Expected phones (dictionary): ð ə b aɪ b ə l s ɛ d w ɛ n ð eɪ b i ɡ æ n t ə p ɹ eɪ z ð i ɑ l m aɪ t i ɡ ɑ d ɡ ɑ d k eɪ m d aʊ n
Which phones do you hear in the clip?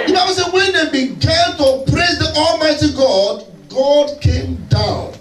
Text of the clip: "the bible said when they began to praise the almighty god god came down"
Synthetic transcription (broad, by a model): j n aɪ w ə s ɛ w ɛ n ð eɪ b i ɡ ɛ l t ə p ɹ eɪ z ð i ɑ l m aɪ t i ɡ ɑ d ɡ ɑ d k eɪ m d aʊ n